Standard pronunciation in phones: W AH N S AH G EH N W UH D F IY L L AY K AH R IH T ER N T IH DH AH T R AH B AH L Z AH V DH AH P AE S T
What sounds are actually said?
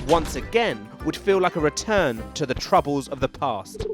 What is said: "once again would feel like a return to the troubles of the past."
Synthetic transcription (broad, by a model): W AH N S AH G EH N W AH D F IY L L AY K AH R IH T ER N T IH DH AH T R AH B AH L Z AH V DH AH P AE S T